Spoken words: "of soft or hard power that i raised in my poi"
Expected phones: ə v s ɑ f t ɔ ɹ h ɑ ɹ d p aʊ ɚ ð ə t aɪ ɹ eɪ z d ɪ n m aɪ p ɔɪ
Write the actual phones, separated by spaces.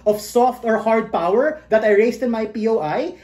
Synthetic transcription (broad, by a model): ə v s ɑ f t ɔ ɹ h ɑ ɹ d p aʊ ɚ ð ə t aɪ ɹ eɪ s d ɪ n m aɪ p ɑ